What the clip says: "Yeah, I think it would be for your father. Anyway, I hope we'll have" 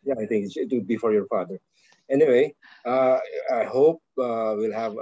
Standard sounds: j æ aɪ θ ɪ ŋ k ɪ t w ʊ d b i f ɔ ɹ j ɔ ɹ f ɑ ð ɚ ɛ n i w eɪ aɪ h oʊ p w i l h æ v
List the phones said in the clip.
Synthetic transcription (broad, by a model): j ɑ aɪ t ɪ ŋ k ɪ t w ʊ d b i f ɔ ɹ j ɔ ɹ f ɑ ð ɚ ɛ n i w eɪ aɪ h oʊ p w i l h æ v